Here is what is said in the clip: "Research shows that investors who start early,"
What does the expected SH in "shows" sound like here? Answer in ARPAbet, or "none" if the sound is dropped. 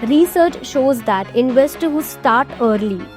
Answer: SH